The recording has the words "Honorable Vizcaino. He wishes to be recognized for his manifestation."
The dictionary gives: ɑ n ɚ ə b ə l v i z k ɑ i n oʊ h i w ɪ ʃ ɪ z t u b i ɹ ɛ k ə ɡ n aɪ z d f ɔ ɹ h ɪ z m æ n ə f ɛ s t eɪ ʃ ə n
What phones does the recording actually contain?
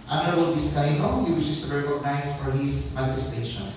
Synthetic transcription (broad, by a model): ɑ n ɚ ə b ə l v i s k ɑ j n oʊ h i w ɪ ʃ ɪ s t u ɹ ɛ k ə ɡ n aɪ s f ɔ ɹ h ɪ s m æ n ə f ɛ s t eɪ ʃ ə n